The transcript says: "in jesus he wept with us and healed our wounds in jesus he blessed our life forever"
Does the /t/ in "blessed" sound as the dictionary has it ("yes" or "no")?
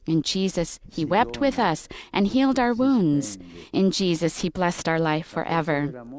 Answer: yes